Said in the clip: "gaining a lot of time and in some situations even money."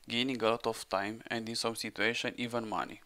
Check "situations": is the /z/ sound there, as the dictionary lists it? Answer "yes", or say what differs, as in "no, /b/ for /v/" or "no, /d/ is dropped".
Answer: no, /z/ is dropped